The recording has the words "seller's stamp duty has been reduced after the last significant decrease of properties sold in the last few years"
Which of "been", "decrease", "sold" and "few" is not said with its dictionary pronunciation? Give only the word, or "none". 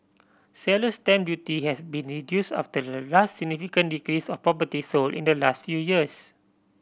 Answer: sold